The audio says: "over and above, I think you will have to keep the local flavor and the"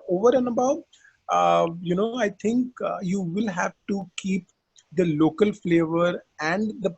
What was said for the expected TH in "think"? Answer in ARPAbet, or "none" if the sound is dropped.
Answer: T